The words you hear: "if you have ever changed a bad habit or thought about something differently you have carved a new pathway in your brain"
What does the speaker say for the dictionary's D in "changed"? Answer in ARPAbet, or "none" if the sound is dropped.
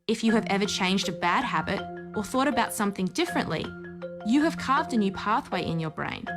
D